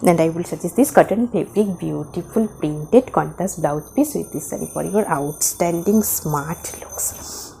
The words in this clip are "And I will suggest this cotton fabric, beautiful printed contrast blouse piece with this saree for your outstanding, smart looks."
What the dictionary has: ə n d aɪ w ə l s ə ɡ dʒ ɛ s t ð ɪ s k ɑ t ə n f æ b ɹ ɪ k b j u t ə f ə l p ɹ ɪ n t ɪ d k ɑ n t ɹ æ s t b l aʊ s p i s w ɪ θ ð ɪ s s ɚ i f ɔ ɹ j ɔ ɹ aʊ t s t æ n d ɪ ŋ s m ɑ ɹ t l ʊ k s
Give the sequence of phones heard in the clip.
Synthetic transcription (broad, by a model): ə n d aɪ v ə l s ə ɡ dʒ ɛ s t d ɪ s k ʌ t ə n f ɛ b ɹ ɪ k b j u t ə f ə l p ɹ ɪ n t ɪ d k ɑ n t æ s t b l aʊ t p i s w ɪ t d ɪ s s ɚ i f ɔ ɹ j ɔ ɹ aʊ t s t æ n d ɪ ŋ s m ɑ ɹ t l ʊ k s